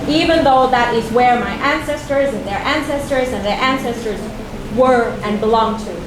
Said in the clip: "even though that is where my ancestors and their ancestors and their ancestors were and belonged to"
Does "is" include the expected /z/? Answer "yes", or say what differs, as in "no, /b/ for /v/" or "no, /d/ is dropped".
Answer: yes